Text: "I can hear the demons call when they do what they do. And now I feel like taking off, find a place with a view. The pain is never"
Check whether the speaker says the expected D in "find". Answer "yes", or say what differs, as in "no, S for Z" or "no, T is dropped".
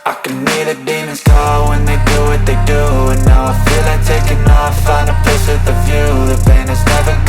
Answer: no, D is dropped